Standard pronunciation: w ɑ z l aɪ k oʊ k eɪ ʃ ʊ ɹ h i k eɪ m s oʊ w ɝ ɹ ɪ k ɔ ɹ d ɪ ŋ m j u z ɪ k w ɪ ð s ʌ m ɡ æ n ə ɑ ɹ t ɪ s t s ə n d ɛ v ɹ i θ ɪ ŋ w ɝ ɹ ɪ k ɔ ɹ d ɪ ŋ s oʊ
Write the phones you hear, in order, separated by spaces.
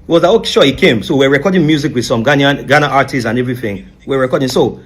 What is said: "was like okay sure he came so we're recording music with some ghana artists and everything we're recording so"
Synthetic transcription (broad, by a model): w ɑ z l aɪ oʊ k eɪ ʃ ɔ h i k eɪ m s oʊ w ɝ ɹ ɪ k ɔ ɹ d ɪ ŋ m j u z ɪ k w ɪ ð s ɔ m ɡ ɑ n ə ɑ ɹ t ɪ s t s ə n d ɛ v ɹ i θ ɪ ŋ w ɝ ɹ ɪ k ɔ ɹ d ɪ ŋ s oʊ